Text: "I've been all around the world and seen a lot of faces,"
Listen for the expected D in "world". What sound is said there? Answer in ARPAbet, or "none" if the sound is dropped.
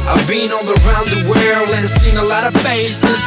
none